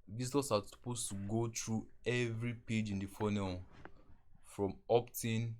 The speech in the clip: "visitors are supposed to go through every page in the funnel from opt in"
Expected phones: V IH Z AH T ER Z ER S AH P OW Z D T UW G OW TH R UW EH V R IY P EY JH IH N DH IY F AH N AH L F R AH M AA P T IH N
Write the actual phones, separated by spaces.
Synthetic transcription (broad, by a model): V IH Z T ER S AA S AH P OW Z T UW G OW T R UW EH V R IY P EY JH IH N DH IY F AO N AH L F R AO M AA P T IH N